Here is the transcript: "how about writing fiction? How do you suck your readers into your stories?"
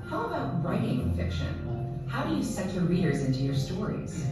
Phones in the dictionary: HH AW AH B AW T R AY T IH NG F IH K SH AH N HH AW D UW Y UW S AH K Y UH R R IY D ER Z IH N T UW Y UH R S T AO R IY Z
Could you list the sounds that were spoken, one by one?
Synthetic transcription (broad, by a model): HH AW AH B AW T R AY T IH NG F IH K SH AH N HH AW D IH Y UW S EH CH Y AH R R IY D ER Z IH N T UW Y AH R S T AO R IY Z